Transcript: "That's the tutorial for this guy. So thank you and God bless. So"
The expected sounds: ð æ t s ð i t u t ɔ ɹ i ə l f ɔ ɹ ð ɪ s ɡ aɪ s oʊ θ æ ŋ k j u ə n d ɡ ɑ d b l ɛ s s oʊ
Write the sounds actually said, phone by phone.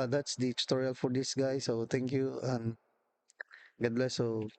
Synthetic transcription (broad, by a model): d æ t s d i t t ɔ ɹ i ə l f ɔ ɹ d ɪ s ɡ aɪ s oʊ t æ ŋ k j u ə n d ɡ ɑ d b l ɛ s s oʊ